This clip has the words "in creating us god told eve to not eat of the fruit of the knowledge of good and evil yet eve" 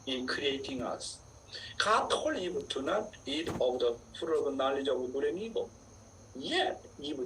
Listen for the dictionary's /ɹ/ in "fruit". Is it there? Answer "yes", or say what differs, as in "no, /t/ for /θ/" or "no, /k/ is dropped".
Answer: no, /ɹ/ is dropped